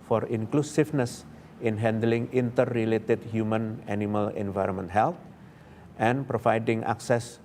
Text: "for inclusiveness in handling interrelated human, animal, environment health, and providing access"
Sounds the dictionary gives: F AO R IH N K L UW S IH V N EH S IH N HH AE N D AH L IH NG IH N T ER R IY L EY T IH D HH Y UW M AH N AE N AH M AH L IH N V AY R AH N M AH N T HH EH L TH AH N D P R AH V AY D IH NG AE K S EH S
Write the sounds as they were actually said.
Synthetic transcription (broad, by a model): F AO R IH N K L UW S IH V N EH S IH N HH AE N D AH L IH NG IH N T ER R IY L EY T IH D HH Y UW M AH N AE N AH M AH L IH N V AY R AH N M AH N T HH EH L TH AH N P R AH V AY D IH NG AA K S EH S